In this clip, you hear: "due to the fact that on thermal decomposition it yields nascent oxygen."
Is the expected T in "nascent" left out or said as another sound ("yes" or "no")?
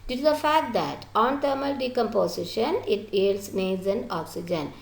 yes